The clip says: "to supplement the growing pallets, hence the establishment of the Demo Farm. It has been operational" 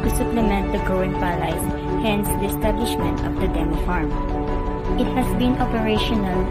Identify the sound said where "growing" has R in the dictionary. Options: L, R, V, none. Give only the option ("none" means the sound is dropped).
none